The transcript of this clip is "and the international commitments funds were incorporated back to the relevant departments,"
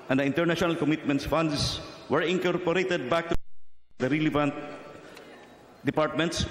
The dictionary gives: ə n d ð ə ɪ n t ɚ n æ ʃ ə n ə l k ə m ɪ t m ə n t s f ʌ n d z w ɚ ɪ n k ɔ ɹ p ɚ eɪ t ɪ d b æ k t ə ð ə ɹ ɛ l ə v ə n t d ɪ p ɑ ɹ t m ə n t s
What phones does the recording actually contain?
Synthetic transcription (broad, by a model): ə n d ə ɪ n t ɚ n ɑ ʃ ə n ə l k ə m ɪ t m ə n t s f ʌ n d s w ɚ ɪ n k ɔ ɹ p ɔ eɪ t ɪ d b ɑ k t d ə ɹ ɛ l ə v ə n t d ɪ p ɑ ɹ t m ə n t s